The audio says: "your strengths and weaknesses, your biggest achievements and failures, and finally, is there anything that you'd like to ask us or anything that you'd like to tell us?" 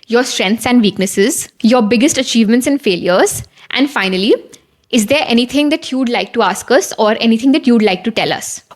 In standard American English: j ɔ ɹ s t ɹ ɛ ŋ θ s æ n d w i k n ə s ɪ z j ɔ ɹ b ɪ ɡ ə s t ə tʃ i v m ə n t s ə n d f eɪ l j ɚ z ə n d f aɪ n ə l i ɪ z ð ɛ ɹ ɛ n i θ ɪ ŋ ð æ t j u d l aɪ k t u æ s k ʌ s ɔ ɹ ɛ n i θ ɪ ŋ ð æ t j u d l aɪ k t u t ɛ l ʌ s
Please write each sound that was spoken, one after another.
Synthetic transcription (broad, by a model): j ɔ ɹ s t ɹ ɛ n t s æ n d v i k n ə s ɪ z j ɔ ɹ b ɪ ɡ ə s t ə tʃ i v m ə n t s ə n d f eɪ l j ɚ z ə n d f aɪ n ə l i ɪ z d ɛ ɹ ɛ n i t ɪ ŋ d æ t j u d l aɪ k t u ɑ s k ʌ s ɔ ɹ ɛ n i t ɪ ŋ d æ t j u d l aɪ k t u t ɛ l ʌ s